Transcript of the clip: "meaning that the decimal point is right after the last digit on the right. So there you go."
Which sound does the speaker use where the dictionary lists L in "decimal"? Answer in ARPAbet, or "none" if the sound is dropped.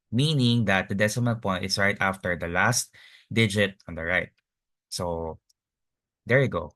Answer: N